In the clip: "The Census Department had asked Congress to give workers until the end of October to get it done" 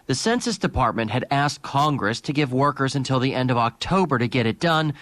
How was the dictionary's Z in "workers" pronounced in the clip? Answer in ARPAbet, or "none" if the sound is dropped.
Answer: Z